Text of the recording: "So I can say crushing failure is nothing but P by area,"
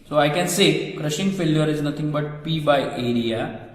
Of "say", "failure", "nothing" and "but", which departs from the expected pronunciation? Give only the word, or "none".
nothing